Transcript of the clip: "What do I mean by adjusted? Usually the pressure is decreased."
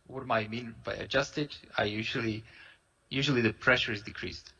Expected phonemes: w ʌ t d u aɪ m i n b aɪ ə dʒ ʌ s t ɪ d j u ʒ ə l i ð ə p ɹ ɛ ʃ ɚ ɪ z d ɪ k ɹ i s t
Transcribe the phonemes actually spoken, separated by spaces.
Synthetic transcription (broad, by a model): w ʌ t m aɪ m i n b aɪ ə dʒ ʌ s t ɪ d j u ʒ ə l i ð ə p ɹ ɛ ʃ ɚ ɪ z d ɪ k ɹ i s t